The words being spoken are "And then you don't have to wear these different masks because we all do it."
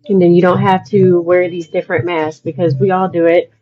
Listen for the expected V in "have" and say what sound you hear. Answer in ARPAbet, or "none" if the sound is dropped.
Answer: F